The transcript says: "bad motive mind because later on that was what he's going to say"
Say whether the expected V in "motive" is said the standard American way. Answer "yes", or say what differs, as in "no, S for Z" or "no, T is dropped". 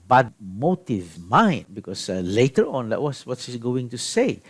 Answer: yes